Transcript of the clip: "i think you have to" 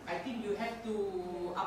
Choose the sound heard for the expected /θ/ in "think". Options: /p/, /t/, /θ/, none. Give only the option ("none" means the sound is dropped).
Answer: /t/